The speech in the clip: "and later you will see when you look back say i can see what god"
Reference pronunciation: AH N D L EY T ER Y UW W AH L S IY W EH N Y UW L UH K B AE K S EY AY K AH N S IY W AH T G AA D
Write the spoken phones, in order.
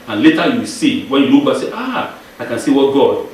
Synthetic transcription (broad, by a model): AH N L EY T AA Y UW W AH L S IY W EH N Y UW N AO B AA S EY AY K AH N S IY W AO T G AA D